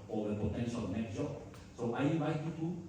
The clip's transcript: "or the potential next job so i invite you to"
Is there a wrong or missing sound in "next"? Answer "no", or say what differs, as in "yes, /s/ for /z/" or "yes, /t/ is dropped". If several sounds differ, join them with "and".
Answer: yes, /s/ is dropped